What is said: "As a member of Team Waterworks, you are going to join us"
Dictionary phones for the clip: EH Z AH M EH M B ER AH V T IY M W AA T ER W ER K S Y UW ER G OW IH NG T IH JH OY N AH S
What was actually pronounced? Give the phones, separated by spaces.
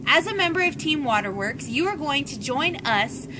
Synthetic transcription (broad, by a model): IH Z AH M EH M B ER AH V T IY M W AA T ER W ER K S Y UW ER G OW IH NG T IH JH OY N AH S